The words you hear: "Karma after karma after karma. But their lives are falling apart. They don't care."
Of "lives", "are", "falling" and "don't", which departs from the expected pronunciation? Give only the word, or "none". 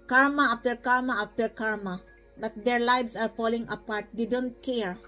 lives